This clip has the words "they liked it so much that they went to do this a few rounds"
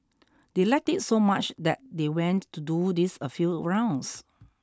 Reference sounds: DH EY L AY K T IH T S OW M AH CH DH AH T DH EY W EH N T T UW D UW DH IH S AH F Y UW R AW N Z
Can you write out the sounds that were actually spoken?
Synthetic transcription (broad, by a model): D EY L AY K T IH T S OW M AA CH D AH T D EY W EH N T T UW D UW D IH S AH F Y UW R AW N S